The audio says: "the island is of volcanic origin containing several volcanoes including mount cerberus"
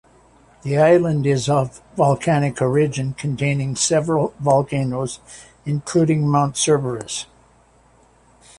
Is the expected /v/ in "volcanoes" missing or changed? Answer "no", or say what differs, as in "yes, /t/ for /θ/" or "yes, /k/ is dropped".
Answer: no